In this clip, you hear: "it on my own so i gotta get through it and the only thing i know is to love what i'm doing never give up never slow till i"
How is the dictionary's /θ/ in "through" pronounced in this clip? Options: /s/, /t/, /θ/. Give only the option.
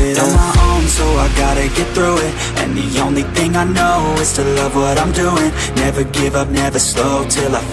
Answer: /θ/